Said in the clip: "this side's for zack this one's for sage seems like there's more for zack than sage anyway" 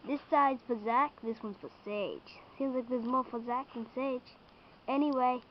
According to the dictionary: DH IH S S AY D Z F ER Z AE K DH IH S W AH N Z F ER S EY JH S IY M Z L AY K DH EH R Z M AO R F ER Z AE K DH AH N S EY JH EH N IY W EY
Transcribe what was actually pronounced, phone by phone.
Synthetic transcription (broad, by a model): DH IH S S AY D Z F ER Z AE K DH IH S W AH N Z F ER S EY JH S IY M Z L AY K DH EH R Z M AO R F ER Z AE K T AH N S EY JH EH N IY W EY